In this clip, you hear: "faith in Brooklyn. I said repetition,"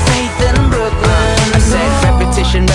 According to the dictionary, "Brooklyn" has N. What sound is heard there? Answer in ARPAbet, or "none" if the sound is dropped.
none